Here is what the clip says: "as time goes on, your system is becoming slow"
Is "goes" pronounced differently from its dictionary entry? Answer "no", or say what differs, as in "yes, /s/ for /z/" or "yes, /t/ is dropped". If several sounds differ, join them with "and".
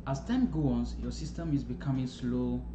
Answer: yes, /z/ is dropped